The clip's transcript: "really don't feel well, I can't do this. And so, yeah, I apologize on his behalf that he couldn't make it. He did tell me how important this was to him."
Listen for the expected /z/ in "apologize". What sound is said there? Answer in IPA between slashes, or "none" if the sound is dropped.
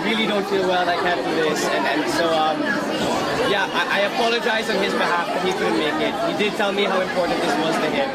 /z/